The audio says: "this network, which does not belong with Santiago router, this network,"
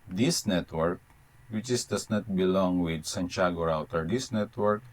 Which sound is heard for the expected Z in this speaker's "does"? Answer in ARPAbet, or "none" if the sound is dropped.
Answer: S